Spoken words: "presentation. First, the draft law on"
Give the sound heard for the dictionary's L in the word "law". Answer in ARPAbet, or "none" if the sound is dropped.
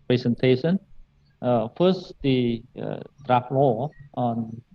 W